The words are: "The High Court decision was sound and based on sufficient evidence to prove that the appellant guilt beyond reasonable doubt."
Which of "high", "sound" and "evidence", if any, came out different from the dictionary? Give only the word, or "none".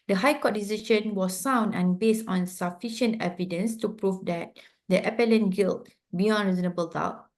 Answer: none